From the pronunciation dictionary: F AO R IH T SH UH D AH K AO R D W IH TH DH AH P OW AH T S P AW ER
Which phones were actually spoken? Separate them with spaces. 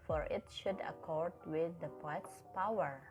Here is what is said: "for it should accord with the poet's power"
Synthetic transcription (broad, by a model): F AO R IH T SH UH D AH K AO R D W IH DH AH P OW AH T S P AW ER